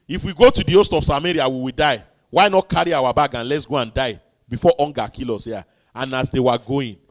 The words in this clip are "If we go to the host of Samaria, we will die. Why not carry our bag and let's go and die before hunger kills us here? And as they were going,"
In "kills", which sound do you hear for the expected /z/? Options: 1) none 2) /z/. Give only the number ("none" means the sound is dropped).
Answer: 1